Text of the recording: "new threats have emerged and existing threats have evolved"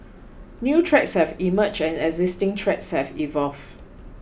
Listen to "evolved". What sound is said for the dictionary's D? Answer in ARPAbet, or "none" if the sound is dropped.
none